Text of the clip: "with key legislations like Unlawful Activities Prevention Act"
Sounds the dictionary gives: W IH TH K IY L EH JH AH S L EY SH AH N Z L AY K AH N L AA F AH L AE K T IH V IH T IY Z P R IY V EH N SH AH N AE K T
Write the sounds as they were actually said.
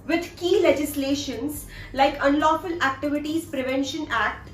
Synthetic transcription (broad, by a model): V IH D K IY L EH JH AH S L EY SH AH N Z L AY K AH N L AA F AH L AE K T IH V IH T IY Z P R IY V EH N SH AH N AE K T